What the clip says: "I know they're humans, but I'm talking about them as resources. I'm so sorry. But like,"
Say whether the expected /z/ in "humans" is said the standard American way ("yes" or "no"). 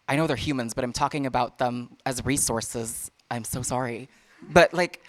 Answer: yes